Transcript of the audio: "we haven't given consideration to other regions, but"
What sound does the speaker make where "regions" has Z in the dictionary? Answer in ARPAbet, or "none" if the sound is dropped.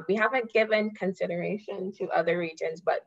Z